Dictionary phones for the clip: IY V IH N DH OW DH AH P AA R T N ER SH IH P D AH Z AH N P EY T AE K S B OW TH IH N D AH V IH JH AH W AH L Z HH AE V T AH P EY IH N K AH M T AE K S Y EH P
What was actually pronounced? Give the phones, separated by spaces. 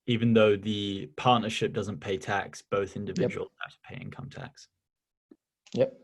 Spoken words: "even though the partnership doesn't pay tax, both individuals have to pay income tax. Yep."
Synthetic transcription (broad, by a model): IY V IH N DH OW DH AH P AA T N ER SH IH P D AH Z AH N P EY T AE K S B OW TH IH N D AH V IH JH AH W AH L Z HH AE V T AH P EY IH N K AH M T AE K S Y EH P